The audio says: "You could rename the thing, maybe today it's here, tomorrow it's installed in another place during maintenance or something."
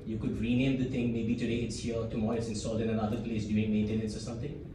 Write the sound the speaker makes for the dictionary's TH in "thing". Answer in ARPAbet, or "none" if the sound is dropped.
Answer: T